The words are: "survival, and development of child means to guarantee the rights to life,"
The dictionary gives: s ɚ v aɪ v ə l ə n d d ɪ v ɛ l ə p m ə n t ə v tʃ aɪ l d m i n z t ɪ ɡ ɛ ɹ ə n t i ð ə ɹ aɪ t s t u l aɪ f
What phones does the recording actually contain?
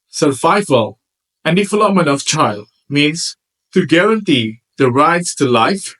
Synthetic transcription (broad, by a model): s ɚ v aɪ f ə l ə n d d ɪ f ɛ l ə m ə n ə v tʃ aɪ l d m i n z t ɪ ɡ ɛ ɹ ə n t i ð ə ɹ aɪ t s t u l aɪ f